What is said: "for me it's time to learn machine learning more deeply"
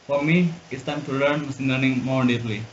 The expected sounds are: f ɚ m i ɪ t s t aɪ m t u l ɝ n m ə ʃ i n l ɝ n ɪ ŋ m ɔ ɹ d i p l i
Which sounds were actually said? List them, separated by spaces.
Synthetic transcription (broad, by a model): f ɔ m i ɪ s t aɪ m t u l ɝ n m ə s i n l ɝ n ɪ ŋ m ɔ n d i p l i